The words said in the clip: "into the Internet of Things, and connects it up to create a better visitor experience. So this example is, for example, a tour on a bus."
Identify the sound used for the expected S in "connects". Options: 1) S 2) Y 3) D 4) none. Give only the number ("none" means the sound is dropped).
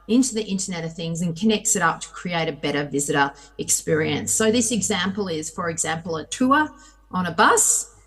1